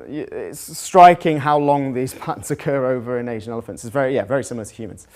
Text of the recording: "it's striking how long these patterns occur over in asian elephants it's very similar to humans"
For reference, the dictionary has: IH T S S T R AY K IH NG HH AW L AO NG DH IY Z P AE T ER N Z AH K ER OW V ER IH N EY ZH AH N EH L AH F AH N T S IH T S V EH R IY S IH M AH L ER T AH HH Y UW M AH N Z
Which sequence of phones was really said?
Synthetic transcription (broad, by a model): IH T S S T R AY K IH NG HH AW L AO NG DH IY Z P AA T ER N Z AH K ER OW V ER IH N EY ZH AH N EH L AH F AH N T S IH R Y V EH R IY S IH M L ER T AH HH Y UW M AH N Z